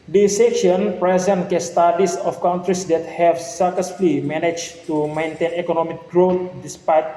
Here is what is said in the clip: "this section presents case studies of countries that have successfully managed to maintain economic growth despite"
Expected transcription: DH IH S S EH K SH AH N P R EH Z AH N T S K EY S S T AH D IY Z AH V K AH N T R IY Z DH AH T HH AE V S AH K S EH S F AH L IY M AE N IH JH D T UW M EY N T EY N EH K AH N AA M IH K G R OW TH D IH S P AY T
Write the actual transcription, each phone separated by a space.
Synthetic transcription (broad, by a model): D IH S S EH K SH AH N P R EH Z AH N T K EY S S T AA D IY S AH F K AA N T R IY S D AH T HH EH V S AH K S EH S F L IY M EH N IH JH T UW M EY N T EY N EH K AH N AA M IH K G R OW T D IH S P AY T